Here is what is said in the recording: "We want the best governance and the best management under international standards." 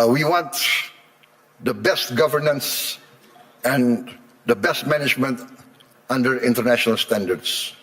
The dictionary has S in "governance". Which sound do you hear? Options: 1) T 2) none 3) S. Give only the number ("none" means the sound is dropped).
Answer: 3